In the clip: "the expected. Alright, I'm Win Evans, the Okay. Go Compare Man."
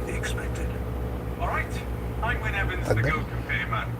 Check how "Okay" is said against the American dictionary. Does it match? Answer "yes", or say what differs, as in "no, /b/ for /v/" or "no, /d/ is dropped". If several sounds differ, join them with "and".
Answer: no, /k/ is dropped